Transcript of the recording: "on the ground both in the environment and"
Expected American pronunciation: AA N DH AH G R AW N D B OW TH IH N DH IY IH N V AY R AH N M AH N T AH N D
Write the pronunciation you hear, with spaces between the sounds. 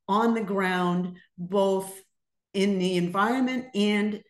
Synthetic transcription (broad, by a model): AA N DH AH G R AW N D B OW TH IH N DH IY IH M V AY R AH N M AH N T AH N